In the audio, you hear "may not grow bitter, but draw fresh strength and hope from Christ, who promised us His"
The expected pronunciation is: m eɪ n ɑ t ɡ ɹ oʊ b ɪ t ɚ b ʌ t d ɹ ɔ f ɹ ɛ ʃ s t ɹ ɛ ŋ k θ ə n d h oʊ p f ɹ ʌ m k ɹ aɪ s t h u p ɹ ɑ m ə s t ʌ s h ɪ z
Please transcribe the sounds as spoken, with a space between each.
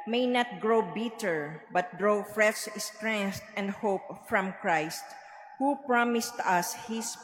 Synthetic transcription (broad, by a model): m eɪ n ɑ t ɡ ɹ oʊ b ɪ t ɚ b ʌ t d ɹ ɔ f ɹ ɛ s s t ɹ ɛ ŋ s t ə n d h oʊ p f ɹ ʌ m k ɹ aɪ s t h u p ɹ ɑ m ə s t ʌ s h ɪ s